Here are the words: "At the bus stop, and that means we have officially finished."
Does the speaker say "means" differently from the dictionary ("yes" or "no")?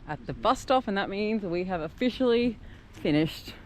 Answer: no